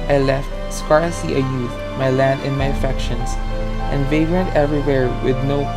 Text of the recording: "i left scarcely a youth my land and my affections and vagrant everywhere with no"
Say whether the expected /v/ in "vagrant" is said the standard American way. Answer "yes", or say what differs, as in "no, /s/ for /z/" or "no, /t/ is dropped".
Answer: yes